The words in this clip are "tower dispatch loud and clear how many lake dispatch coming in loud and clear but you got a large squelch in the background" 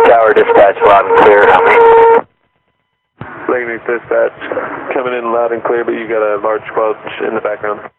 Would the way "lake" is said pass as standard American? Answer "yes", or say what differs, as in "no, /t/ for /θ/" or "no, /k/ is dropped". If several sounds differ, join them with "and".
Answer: no, /n/ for /l/